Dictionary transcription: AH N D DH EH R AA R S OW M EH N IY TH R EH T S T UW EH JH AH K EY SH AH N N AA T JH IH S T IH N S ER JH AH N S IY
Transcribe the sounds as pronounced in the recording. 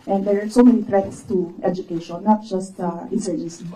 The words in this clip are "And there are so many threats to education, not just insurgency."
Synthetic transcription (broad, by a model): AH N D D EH R AA R S OW M EH N IY T R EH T S T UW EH JH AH K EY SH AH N N AA T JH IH S T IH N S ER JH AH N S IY